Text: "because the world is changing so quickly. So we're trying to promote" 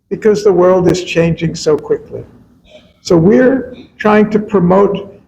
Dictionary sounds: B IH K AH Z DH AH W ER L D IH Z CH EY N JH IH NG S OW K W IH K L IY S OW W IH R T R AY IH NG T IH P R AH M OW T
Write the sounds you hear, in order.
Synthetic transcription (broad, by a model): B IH K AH Z DH AH W ER L D IH Z CH EY N JH IH NG S OW K W IH K L IY S OW W IH R T R AY IH NG T IH P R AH M OW T